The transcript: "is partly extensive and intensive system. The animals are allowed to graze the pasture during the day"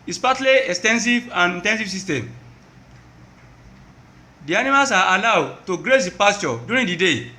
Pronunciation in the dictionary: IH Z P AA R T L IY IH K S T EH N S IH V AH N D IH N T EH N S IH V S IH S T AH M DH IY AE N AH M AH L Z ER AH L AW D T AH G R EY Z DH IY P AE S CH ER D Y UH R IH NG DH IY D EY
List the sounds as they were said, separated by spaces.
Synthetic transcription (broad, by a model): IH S P AA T L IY IH K S T EH N S IH V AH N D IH N T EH N S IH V S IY S T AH M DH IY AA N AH M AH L S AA AH L AW D T AH G R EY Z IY P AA S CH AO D Y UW R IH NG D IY D EY